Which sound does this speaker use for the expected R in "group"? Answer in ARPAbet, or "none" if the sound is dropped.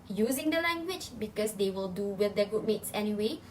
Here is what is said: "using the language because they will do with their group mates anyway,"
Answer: none